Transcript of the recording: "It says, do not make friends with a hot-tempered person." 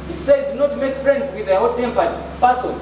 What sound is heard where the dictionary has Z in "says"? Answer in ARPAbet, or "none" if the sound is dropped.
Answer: none